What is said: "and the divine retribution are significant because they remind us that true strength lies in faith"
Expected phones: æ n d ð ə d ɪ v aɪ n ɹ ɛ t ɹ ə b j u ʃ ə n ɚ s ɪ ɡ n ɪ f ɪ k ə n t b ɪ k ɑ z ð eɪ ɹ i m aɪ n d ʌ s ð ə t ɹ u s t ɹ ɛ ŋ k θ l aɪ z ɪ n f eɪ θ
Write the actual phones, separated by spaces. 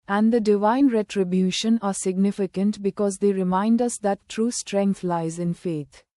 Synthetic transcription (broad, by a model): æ n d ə d ɪ v aɪ n ɹ ɛ t ɹ ə b j u ʃ ə n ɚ s ɪ ɡ n ɪ f ɪ k ə n t b ɪ k ɑ z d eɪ ɹ i m aɪ n d ʌ s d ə t ɹ u s t ɹ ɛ ŋ k t l aɪ z ɪ n f eɪ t